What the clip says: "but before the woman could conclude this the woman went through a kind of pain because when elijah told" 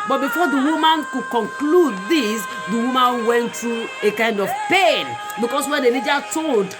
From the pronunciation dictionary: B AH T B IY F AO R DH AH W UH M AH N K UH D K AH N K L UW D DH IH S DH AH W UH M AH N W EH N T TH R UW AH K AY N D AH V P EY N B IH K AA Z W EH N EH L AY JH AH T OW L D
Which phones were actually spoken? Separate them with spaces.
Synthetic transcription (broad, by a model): B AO T B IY F AO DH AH W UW M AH N K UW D K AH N K L UW D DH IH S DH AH W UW M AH N W EH N T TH R UW AH K AY N D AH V P EY N B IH K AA S W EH N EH N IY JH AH T OW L D